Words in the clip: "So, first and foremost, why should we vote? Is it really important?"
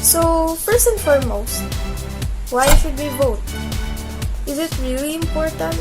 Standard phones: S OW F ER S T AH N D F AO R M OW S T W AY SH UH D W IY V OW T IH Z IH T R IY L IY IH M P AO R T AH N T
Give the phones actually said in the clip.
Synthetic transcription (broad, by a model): S OW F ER S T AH N F AO R M OW S T W AY S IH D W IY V OW T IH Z IH T R IY L IY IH M P AO R T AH N T